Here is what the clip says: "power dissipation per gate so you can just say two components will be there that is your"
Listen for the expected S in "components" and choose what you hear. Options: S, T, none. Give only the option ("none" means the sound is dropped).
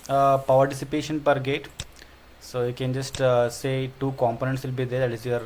S